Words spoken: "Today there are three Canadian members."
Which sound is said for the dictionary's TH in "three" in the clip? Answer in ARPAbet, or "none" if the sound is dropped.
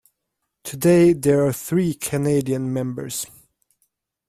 TH